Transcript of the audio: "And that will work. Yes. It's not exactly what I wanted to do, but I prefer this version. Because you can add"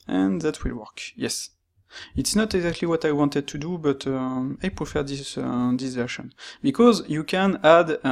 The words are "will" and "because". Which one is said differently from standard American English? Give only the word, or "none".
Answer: none